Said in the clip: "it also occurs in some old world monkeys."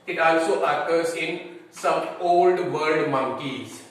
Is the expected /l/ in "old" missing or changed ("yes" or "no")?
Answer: no